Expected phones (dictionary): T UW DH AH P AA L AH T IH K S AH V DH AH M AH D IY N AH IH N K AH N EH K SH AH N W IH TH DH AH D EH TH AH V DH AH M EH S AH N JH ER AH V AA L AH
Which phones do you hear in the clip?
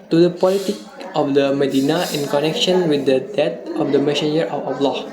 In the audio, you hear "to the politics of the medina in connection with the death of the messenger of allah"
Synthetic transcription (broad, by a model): T UW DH AH P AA L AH T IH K AH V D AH M AH D IY N AH IH N K AH N EH K SH AH N W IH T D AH D EH T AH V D AH M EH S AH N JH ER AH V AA L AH